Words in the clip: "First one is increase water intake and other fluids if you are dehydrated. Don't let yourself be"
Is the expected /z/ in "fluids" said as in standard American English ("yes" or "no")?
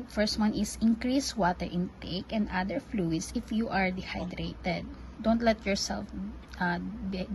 no